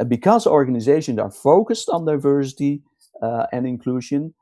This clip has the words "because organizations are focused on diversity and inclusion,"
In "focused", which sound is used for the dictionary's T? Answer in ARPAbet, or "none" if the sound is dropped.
T